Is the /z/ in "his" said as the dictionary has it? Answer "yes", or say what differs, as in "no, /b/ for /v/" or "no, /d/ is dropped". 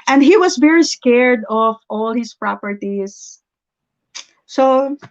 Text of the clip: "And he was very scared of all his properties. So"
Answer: no, /s/ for /z/